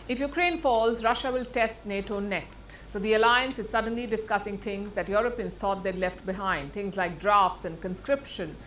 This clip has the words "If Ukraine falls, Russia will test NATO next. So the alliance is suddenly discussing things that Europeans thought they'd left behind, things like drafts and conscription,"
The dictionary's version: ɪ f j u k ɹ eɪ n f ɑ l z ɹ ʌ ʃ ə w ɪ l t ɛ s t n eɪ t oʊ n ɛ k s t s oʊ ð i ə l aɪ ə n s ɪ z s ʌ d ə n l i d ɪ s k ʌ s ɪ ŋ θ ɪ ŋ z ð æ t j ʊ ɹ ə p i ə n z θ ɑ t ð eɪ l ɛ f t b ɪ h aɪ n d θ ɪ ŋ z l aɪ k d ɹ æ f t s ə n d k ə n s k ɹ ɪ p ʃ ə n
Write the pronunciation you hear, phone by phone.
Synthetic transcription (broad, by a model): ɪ f j u k ɹ eɪ n f ɑ l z ɹ ʌ ʃ ə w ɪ l t ɛ s t n eɪ t oʊ n ɛ k s t s oʊ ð i ə l aɪ ə n s ɪ z s ʌ d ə n l i d ɪ s k ʌ s ɪ ŋ t ɪ ŋ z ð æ t j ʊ ɹ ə p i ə n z t ɑ t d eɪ l ɛ f t b ɪ h aɪ n d t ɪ ŋ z l aɪ k d ɹ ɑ f t s ə n d k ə n s k ɹ ɪ p ʃ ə n